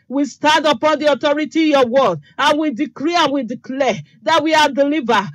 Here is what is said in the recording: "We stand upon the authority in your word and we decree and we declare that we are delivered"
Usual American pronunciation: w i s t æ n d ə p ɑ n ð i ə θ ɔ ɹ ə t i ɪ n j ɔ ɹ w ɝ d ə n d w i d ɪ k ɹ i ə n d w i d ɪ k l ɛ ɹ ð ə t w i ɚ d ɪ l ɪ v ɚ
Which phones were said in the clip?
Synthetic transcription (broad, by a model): w i s t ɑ n d ə p ɑ n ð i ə t ɔ ɹ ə t i j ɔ w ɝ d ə n w i d ɪ k ɹ i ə n w i d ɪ k l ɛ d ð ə t w i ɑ d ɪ l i v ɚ